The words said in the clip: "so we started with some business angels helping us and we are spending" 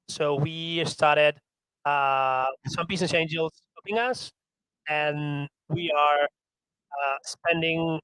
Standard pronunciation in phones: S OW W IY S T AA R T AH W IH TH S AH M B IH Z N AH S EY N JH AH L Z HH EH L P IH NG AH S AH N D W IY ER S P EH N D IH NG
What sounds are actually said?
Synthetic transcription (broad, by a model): S OW W IY S T AA R T AH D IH S AH M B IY S N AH S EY N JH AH L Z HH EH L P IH NG AH S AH N W IY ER S P EH N D IH NG